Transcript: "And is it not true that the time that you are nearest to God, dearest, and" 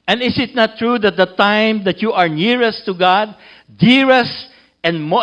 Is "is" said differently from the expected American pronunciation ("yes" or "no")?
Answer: yes